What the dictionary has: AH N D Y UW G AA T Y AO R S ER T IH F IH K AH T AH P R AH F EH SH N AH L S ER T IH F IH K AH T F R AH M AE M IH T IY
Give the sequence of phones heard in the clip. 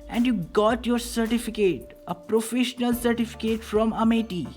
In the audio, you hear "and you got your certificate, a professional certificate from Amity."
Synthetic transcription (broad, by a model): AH N D Y UW G AA T Y AO R S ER T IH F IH K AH T AH P R AH F EH SH N AH L S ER T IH F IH K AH T F R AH M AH M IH T IY